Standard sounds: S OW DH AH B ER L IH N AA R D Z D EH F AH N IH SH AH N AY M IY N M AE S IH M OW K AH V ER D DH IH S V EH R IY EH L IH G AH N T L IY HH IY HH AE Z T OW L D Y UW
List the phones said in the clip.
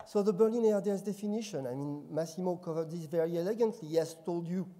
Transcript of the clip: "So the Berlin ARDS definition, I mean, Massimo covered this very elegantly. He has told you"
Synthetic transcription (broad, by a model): S OW DH AH B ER L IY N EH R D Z D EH F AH N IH SH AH N AY M IY N M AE S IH M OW K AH V ER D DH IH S V EH R IY EH L IH G AH N T L IY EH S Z T OW L D Y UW